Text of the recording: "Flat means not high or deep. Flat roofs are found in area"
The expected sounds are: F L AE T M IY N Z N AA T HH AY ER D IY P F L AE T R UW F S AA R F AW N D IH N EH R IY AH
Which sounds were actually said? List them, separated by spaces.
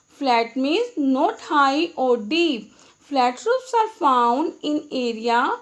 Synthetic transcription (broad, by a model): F L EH T M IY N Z N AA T HH AY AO D IY P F L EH T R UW P S AA R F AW N D IH N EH R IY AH